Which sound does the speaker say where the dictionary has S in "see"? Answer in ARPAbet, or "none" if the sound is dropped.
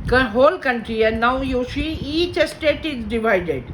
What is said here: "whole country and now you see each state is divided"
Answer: SH